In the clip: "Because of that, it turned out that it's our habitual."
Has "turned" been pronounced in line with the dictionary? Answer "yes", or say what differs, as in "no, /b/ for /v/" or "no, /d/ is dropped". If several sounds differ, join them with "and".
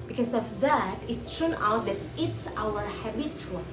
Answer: no, /d/ is dropped